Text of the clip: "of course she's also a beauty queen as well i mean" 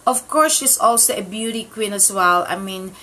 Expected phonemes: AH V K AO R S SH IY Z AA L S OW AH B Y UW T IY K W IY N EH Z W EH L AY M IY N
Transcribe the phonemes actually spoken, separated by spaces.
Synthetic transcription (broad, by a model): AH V K AO R S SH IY S AA L S OW AH B Y UW T IY K W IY N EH S W EH L AY M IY N